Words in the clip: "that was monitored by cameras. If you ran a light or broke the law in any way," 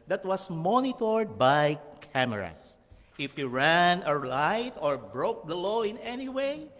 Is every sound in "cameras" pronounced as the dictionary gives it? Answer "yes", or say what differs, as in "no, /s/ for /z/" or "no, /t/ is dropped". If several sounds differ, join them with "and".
no, /s/ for /z/